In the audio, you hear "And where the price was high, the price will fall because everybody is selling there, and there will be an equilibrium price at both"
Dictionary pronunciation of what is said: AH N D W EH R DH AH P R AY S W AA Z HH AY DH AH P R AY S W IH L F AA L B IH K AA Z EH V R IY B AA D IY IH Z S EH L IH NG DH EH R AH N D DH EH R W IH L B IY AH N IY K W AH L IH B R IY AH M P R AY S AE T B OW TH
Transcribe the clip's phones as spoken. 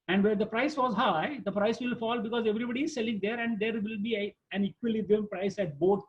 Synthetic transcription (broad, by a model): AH N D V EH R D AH P R AY S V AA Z HH AY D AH P R AY S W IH L F AA L B IH K AA Z EH V R IY B AA D IY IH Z S EH L IH NG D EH R AH N D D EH R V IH L B IY AH N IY K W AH L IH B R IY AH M P R AY S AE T B OW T